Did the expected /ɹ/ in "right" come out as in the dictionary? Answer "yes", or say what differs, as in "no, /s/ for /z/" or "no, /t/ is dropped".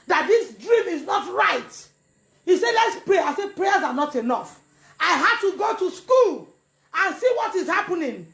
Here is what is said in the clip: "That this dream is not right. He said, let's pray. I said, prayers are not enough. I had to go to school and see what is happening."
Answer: yes